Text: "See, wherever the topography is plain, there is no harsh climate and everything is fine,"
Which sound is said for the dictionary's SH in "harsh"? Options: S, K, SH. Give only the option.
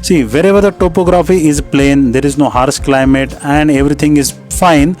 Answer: S